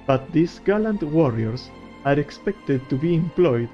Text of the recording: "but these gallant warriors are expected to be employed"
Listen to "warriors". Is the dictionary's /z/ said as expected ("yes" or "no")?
no